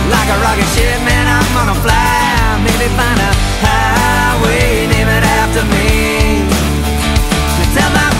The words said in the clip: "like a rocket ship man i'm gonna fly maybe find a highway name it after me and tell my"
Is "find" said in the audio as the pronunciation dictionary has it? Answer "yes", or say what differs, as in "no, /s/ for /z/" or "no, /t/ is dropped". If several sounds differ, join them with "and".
no, /d/ is dropped